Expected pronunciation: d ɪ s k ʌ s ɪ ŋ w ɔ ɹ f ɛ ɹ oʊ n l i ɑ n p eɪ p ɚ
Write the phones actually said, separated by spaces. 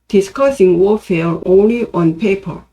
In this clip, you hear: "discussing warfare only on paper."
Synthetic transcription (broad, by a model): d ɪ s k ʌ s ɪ ŋ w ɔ f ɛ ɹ oʊ n l i ɑ n p eɪ p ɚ